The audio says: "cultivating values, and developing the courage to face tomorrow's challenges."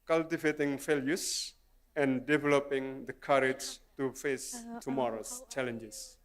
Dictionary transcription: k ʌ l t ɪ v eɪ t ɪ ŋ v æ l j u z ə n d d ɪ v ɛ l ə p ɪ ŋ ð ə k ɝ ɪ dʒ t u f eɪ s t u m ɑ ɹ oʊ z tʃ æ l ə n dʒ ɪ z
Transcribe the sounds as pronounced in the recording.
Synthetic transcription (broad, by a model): k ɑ l t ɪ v eɪ t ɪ ŋ f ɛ l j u s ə n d d ɪ v ɛ l ə p ɪ ŋ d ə k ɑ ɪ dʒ t u f eɪ s t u m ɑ ɹ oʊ s tʃ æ l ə n dʒ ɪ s